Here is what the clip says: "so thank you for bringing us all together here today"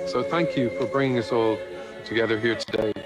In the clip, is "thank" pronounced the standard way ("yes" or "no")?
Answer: yes